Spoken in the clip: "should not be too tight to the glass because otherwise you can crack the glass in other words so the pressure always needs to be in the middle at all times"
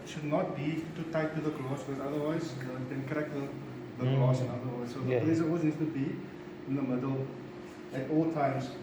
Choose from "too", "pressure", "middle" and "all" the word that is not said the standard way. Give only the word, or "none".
pressure